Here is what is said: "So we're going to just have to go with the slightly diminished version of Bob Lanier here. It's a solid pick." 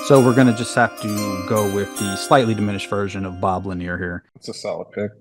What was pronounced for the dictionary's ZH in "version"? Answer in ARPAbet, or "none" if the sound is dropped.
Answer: ZH